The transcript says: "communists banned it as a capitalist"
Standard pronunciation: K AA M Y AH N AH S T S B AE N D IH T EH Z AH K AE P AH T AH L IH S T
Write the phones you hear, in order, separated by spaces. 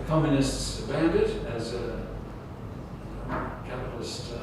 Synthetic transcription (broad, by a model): K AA M Y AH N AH S T S B AE N D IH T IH Z AH K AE P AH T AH L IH S T